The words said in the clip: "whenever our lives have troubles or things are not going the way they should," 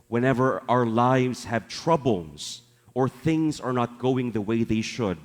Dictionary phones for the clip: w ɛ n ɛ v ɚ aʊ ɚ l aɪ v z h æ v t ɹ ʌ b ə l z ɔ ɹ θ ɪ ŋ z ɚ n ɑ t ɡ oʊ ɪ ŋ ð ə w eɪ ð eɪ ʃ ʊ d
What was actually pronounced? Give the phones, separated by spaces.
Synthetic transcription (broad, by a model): w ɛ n ɛ v ɚ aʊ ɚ l aɪ v z h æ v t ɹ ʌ b l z ɔ ɹ θ ɪ ŋ z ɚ n ɑ t ɡ oʊ ɪ ŋ ð ə w eɪ ð eɪ ʃ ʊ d